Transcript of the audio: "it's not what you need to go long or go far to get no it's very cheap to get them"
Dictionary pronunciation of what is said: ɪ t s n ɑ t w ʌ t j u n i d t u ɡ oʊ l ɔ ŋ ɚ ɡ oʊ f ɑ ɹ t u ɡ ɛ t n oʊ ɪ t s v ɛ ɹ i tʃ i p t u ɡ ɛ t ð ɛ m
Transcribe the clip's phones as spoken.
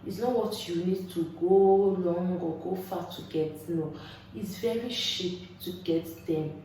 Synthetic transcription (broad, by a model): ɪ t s n ɑ t w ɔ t j u n i d t u ɡ oʊ l ɔ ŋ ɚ ɡ oʊ f ɑ t u ɡ ɛ t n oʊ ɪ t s v ɛ ɹ i ʃ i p t u ɡ ɛ t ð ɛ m